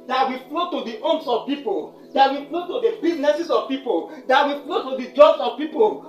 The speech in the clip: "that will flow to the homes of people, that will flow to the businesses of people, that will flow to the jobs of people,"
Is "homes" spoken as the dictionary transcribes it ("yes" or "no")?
no